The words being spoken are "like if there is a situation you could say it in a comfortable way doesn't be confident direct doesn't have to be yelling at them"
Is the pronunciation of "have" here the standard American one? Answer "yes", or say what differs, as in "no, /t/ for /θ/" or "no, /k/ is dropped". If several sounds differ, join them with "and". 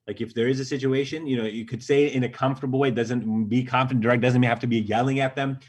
no, /f/ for /v/